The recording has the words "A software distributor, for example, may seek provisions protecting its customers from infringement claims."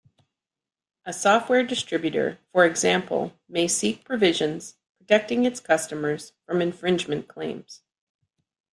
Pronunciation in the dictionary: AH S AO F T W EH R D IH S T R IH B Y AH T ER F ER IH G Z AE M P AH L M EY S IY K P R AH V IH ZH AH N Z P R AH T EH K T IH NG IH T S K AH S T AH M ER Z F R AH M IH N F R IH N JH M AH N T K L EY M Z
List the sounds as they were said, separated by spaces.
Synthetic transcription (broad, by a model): AH S AO F T W EH R D IH S T R IH B Y AH T ER F ER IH G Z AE M P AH L M EY S IY K P R AH V IH ZH AH N Z P R AH T EH K T IH NG IH T S K AH S T AH M ER Z F R AH M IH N F R IH N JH M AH N K L EY M Z